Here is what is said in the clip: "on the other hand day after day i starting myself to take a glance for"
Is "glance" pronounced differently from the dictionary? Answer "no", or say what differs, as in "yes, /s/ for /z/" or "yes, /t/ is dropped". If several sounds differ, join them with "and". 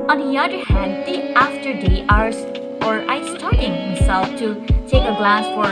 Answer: yes, /n/ is dropped